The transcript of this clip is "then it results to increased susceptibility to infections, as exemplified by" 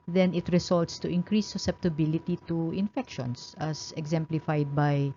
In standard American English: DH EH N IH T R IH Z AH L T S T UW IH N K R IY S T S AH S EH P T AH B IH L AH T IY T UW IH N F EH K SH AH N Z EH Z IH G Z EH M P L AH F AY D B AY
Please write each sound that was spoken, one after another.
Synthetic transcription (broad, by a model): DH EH N IH T R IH S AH L T S T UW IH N K R IY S S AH S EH P T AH B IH L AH T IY T UW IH N F EH K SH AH N S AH S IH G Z EH M P L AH F AY D B AY